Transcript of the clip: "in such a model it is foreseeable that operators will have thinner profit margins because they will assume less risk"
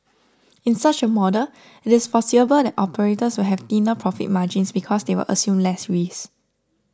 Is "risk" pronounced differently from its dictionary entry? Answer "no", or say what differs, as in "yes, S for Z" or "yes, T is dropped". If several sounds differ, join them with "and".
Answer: yes, K is dropped